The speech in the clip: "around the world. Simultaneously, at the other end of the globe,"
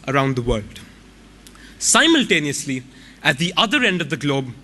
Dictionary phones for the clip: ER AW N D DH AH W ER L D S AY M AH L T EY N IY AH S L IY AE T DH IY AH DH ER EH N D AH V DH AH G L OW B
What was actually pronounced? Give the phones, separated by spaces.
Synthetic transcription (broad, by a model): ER AW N D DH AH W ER L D S AY M AH L T EY N IY AH S L IY AE T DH IY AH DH ER EH N D AH V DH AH G L OW B